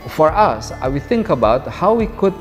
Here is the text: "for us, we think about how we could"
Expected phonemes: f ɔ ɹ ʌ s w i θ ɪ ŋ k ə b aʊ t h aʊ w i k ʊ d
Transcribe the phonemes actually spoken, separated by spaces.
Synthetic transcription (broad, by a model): f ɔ ɹ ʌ s w i θ ɪ ŋ k ə b aʊ t h aʊ w i k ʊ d